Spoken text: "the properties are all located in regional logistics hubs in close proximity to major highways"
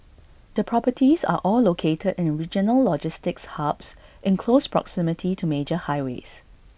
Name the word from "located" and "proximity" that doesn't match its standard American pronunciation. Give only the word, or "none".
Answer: none